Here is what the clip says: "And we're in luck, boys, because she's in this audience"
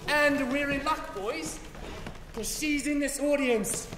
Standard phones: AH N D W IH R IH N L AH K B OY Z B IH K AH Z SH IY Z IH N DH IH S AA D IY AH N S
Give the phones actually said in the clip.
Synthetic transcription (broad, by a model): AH N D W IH R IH L AH K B OY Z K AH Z SH IY Z IH N DH IH S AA D IY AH N S